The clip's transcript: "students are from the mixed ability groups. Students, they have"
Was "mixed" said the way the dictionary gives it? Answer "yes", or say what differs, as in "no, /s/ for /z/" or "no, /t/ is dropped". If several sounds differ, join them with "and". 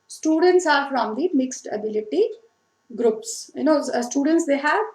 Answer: yes